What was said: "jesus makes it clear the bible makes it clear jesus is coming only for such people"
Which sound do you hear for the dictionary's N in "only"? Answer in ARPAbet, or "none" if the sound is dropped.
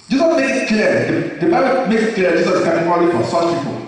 none